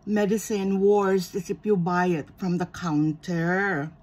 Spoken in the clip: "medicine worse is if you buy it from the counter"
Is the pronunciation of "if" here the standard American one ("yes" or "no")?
no